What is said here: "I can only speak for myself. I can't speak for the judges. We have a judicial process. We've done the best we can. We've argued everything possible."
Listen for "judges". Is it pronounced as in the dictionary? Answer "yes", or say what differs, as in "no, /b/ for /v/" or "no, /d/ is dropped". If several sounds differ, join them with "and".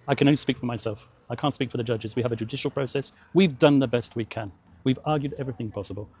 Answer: yes